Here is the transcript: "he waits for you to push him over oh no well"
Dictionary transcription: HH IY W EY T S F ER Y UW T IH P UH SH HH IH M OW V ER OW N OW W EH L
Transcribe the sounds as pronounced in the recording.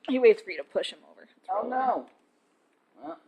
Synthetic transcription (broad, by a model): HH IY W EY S F ER Y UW T IH P UH SH HH IH M OW V ER OW N OW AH